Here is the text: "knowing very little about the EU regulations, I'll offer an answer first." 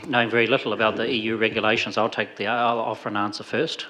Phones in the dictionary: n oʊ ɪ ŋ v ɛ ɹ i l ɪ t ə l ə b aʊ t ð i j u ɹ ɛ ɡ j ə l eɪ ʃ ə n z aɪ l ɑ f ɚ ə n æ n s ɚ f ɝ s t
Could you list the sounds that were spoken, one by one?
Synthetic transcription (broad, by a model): n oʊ ɪ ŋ v ɛ ɹ i l ɪ t l ə b aʊ t ð i j u ɹ ɛ ɡ j ə l eɪ ʃ ə n z aɪ l ɑ f ɚ ə n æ n s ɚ f ɝ s t